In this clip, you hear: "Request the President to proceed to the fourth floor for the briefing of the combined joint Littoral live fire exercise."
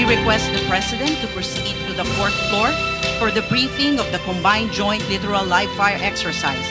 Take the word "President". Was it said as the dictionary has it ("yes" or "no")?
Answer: no